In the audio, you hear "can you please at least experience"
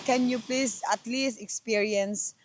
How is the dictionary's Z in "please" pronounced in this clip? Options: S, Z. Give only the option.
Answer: S